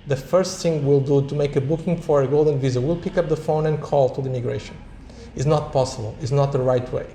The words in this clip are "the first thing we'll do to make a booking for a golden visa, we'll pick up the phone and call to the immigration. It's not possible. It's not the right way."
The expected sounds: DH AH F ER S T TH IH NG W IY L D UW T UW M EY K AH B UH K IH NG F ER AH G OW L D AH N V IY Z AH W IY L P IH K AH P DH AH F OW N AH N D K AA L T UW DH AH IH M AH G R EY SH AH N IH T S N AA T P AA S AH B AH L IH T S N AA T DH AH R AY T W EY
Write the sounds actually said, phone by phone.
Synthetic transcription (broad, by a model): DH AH F ER S T TH IH NG W IY L D UW T UW M EY K AH B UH K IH NG F ER AH G OW L D AH N V IY Z AH W IY L P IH K AH P DH AH F OW N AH N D K AA L T UW DH AH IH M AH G R EY SH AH N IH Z N AA T P AA S AH B AH L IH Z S N AA T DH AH R AY T W EY